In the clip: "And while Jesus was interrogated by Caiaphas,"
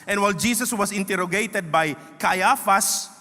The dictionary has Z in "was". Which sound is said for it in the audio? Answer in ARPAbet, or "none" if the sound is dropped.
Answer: S